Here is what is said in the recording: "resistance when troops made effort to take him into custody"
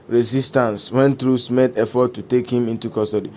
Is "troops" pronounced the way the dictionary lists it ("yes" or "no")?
no